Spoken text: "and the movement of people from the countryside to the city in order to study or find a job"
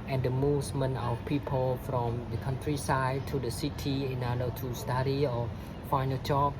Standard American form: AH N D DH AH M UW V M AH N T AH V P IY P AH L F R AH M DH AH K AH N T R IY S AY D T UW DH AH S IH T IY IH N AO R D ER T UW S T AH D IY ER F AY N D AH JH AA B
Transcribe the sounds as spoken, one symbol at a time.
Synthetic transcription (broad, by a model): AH N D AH M UW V M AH N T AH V P IY P AH L F R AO M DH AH K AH N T R IY S AY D T UW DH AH S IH T IY IH N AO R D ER T UW S T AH D IY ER F AY N AH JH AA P